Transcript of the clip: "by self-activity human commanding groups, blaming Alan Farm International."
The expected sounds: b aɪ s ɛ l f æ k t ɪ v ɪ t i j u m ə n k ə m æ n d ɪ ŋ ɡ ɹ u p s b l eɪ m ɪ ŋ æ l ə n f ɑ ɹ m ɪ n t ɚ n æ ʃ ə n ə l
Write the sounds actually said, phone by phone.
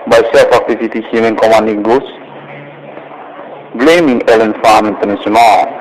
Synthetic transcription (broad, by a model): b aɪ s ɛ l f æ k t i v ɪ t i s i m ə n k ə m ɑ n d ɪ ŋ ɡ u s b l eɪ m ɪ ŋ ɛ l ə n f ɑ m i n t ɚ n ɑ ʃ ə n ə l